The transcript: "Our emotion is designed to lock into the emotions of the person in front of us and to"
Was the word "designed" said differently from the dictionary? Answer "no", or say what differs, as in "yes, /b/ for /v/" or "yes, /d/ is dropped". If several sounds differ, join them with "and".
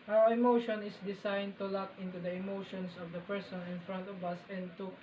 yes, /s/ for /z/